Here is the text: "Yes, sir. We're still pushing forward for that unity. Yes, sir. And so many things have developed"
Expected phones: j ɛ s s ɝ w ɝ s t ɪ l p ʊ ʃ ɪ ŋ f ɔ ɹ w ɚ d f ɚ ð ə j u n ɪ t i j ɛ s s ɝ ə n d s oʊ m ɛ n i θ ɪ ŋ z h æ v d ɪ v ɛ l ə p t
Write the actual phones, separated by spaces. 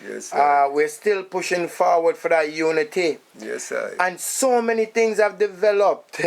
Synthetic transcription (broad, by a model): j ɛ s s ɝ w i s t ɪ l p ʊ ʃ ɪ ŋ f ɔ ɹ w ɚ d f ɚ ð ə j u n ɪ t i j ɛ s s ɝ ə n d s oʊ m ɛ n i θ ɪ ŋ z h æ v d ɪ v ɛ l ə p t